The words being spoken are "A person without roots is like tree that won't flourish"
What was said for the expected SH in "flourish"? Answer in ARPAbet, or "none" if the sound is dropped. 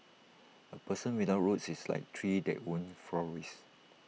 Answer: S